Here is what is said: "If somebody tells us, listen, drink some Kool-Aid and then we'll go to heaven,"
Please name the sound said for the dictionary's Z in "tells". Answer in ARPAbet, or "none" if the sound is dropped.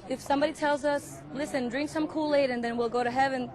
Z